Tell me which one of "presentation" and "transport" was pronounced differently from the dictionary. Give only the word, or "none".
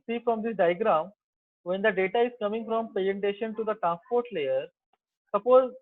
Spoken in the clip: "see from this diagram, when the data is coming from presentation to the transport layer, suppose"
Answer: presentation